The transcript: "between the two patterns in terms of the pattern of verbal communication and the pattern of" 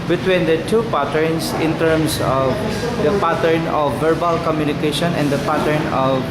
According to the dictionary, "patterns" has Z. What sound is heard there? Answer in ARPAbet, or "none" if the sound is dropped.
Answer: S